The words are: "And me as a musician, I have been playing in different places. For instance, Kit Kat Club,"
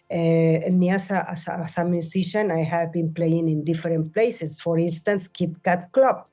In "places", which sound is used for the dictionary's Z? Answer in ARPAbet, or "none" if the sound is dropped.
S